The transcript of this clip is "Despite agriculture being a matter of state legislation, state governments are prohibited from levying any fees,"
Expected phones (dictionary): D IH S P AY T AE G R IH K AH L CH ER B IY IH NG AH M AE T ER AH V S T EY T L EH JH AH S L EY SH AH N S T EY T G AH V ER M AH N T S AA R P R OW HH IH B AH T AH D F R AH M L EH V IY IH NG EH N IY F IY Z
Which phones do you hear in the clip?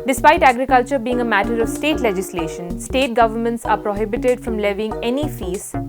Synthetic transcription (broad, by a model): D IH S P AY T AE G R IH K AH L CH ER B IY IH NG AH M AE T ER AH V S T EY T L EH JH AH S L EY SH AH N S T EY T G AH V ER M AH N T S AA R P R OW HH IH B AH T AH D F R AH M L EH V IY IH NG EH N IY F IY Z